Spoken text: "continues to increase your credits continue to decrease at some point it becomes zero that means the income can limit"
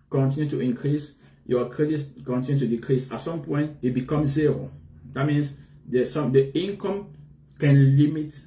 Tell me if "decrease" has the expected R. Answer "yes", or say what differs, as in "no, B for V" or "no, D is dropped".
yes